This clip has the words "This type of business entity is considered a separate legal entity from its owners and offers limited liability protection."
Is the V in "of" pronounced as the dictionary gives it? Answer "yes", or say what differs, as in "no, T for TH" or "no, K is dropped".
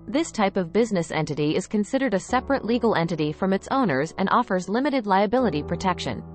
yes